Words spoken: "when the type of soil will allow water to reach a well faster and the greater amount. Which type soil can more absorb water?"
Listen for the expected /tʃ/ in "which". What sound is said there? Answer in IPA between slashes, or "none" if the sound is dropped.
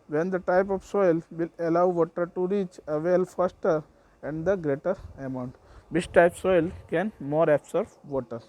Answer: /s/